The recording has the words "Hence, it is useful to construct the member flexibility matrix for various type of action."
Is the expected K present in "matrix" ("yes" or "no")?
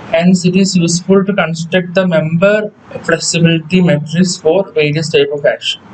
no